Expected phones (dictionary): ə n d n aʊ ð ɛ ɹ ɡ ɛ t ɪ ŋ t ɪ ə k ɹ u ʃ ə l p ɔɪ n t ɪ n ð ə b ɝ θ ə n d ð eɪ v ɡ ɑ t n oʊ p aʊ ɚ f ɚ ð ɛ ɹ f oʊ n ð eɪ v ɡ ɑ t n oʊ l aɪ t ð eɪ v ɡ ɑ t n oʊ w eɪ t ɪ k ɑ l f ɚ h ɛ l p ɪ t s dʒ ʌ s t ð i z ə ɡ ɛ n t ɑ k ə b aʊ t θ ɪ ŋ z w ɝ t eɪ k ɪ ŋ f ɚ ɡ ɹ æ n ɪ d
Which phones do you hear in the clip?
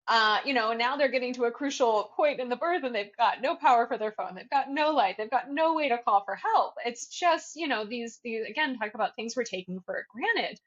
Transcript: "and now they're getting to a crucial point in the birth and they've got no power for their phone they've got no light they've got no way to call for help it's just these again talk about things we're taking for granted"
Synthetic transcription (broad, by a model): ə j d n aʊ ð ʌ ɹ ɡ ɛ t ɪ ŋ t ɪ ə k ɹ u ʃ l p ɔɪ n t ɪ n ð ə b ɝ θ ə n ð eɪ v ɡ ɑ t n oʊ p aʊ ɚ f ɚ ð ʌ ɹ f oʊ n ð eɪ v ɡ ɑ t n oʊ l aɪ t ð eɪ v ɡ ɑ t n oʊ w eɪ t ɪ k ɑ l f ɚ h ɛ l p ɪ t s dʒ ʌ s t ð i z ə ɡ ɛ n t ɑ k ə b aʊ t θ ɪ ŋ z w ɝ t eɪ k ɪ ŋ f ɚ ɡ ɹ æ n ɪ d